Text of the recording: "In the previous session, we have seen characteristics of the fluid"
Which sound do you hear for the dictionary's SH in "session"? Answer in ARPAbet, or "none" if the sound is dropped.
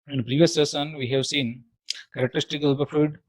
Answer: S